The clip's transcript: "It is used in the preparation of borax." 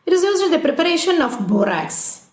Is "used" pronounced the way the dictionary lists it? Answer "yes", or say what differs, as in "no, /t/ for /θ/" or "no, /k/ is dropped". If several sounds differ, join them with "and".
no, /d/ is dropped